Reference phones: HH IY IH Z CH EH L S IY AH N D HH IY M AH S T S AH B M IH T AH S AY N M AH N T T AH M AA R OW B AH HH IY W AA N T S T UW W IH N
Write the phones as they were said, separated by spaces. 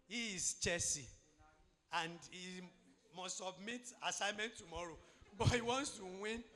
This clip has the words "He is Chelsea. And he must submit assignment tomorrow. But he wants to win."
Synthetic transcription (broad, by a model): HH IY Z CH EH S IY AH N D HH IY M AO S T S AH B M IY T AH S AY M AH N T T AH M AA R OW B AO HH IY W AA N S T UW W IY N